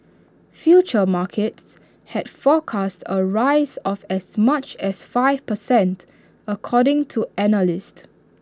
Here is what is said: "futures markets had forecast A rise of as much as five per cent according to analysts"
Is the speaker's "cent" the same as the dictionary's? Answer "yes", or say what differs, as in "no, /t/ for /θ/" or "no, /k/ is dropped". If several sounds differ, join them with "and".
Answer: yes